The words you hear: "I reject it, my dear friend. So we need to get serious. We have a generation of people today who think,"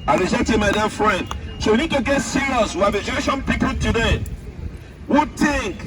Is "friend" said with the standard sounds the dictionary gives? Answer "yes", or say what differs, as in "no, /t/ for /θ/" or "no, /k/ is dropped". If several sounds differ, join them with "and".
yes